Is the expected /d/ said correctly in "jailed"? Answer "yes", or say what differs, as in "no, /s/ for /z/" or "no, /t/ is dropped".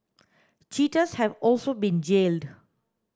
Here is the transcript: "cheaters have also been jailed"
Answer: yes